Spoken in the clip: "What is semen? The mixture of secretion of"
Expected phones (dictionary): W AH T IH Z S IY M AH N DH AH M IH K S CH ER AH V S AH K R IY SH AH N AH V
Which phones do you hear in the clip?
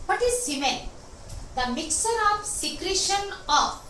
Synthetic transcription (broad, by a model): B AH T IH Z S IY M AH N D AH M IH K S ER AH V S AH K R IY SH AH N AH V